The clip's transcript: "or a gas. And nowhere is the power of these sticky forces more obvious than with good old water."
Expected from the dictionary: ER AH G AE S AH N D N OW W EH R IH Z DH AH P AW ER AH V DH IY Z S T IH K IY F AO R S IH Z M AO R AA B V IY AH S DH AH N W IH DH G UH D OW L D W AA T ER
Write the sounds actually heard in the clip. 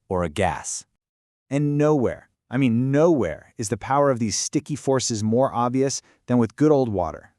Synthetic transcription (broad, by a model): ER AH G AE S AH N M N OW W EH R IH Z DH AH P AW ER AH V DH IY Z S T IH K IY F AO R S IH Z M AO R AA B V IY AH S DH AH N W IH DH G UH D OW L D W AA T ER